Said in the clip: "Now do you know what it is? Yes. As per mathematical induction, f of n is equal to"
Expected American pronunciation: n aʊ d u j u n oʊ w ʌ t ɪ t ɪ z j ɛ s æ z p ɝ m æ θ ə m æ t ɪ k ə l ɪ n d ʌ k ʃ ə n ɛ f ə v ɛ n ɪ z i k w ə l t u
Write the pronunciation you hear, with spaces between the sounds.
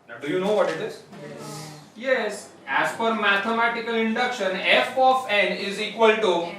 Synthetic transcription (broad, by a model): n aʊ d u j u n oʊ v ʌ t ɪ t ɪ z j ɛ s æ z f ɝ m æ t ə m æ t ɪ k ə l ɪ n d ʌ k ʃ ə n ɛ f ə f ɛ n ɪ z i k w ə l t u